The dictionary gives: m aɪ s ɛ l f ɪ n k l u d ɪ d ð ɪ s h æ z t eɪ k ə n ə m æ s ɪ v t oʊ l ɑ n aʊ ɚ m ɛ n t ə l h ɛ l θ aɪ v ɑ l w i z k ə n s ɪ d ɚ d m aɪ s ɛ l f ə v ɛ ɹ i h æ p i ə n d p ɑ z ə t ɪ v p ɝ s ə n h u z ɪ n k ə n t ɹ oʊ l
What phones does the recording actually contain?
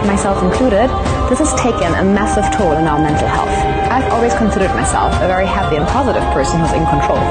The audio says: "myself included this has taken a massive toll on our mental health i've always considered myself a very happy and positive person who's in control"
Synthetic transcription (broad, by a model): m aɪ s ɛ l f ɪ n k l u d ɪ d ð ɪ s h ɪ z t eɪ k ə n ə m æ s ɪ v t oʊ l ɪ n aʊ ɚ m ɛ n t l h ɛ l θ aɪ v ɑ l w i z k ə n s ɪ d ɚ d m aɪ s ɛ l f ə v ɛ ɹ i h æ p i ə n p ɑ z ə t ɪ v p ɝ s ə n h u z ɪ n k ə n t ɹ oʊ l